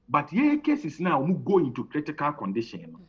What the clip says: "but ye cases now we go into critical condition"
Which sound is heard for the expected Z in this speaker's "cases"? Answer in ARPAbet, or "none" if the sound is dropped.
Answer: S